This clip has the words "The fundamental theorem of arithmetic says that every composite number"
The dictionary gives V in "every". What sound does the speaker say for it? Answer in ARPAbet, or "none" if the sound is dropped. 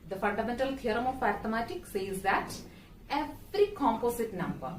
F